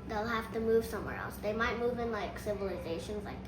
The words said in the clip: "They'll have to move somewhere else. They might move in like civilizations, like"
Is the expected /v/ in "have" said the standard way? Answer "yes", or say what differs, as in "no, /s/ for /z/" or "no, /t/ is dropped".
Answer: no, /f/ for /v/